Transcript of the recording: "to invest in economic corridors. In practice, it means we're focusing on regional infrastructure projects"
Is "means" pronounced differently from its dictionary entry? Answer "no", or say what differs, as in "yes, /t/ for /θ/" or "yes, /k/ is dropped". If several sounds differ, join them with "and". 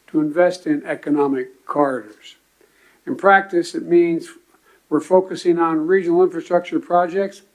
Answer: no